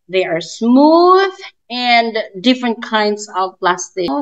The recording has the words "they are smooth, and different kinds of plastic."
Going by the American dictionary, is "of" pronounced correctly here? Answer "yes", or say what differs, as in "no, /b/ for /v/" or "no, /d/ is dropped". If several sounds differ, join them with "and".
yes